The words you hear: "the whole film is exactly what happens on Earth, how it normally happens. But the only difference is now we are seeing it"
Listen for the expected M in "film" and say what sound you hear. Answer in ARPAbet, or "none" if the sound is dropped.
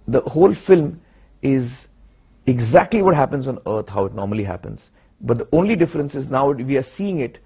M